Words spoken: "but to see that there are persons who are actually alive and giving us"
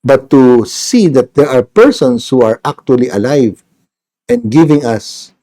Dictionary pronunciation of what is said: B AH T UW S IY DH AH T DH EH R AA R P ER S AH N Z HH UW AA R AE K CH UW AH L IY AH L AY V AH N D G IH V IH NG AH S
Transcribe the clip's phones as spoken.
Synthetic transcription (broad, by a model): B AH T UW S IY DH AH T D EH R AA R P ER S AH N S HH UW AA R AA K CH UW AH L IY AH L AY V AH N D G IH V IH NG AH S